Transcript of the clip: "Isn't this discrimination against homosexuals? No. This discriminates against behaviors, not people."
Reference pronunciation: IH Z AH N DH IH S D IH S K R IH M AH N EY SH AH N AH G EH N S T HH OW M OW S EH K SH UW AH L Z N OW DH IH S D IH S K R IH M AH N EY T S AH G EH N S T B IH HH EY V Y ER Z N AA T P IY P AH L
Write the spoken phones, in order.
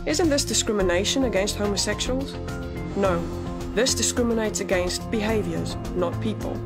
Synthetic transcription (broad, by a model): IH Z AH N DH IH S D IH S K R IH M AH N EY SH AH N AH G EH N S T HH OW M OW S EH K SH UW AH L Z N OW DH IH S D IH S K R IH M AH N EY T S AH G EH N S T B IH HH EY V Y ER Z N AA T P IY P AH L